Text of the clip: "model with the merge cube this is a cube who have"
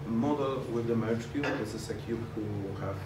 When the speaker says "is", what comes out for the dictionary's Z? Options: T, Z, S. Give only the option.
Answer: S